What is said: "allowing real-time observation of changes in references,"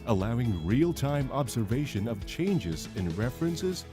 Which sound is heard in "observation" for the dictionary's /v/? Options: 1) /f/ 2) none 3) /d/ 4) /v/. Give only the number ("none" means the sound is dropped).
4